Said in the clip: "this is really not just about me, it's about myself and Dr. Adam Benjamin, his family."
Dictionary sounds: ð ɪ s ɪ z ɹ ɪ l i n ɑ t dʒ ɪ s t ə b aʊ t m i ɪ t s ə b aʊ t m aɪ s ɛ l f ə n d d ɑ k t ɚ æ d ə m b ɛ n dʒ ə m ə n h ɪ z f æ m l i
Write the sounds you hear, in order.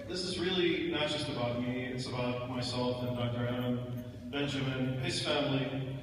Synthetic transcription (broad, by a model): ð ɪ s ɪ z ɹ ɪ l i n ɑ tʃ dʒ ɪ s t ə b aʊ t m i ɪ t s ə b aʊ t m aɪ s ɛ l f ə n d d ɑ k t ɚ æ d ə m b ɛ n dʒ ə m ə n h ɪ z f æ m l i